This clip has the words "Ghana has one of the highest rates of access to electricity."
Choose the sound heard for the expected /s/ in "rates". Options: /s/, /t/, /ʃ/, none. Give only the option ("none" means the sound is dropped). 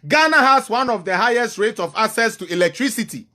none